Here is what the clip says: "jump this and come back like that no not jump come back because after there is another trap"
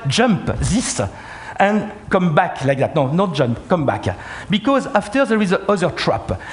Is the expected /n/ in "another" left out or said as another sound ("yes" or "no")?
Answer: yes